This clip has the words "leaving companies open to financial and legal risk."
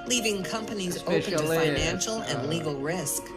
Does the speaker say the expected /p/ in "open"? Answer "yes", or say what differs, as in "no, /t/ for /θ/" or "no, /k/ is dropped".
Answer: no, /p/ is dropped